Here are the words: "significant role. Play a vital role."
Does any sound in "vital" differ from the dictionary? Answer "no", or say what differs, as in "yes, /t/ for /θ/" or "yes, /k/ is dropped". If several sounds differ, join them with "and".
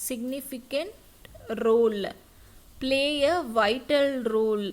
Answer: no